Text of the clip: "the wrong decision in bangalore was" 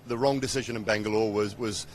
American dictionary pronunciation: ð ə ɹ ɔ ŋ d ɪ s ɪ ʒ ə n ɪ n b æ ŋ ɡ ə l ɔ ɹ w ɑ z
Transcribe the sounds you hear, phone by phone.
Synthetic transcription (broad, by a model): ð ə ɹ ɔ ŋ d ɪ s ɪ ʒ ə n ɪ n b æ ŋ ɡ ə l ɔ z w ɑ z